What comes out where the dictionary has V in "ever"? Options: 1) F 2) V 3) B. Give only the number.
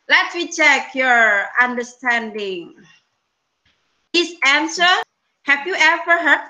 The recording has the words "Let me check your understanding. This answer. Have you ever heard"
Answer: 1